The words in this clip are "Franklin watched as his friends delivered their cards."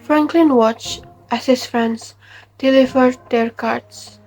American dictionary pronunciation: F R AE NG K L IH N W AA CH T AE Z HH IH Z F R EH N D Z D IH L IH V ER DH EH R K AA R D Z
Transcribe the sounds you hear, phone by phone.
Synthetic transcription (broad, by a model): F R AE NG K L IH N W AA CH T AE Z HH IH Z F R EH N D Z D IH L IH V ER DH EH R K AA R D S